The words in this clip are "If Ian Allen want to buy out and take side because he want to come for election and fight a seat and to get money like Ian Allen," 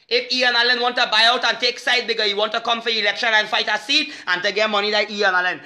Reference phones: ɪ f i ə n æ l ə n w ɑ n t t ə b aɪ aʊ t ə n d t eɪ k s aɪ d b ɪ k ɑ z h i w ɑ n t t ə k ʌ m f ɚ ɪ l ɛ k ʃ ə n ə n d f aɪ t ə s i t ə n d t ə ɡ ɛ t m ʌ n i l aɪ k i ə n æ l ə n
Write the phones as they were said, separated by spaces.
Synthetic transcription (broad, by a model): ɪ f i ə n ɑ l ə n w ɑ n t t ə b aɪ aʊ t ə n t eɪ k s aɪ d b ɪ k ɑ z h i w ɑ n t t ə k ʌ m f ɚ ɪ l ɛ k ʃ ə n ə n f aɪ t ə s i t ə n t ə ɡ ɛ t m ʌ n i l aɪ i ə n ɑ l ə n